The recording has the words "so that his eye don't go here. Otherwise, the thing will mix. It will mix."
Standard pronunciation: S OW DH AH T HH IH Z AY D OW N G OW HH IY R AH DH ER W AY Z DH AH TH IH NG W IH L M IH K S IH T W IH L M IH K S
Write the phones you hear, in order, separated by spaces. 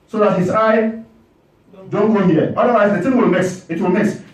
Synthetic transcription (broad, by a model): S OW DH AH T HH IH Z AY D OW N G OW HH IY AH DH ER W AY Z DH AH T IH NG W IH L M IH S IH T W IH L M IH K S